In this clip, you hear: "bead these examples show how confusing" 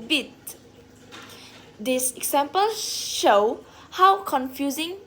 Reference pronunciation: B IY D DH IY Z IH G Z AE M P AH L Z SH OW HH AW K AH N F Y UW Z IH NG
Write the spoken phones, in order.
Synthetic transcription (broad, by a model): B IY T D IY S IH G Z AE M P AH L SH OW HH AW K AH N F Y UW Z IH NG